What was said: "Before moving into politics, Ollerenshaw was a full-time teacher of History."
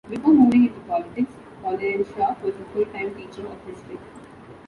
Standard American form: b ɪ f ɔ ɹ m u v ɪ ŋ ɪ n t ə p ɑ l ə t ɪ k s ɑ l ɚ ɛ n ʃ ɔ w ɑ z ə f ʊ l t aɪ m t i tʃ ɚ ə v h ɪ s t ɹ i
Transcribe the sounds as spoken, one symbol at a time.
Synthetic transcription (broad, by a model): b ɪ p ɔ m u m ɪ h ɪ t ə p ɑ l ə t ɪ k s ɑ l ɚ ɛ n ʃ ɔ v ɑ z ə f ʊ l t aɪ m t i tʃ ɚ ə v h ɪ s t i